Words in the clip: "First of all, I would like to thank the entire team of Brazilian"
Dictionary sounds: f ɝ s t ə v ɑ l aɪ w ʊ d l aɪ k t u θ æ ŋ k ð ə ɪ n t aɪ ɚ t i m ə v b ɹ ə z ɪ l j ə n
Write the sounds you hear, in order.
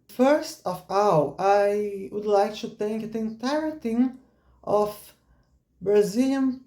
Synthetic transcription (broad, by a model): f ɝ s t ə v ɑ w aɪ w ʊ d l aɪ k t u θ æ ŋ k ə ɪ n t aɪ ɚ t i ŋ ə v b ɹ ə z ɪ l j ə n